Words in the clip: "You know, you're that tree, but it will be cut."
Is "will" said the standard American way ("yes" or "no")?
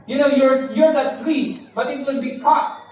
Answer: no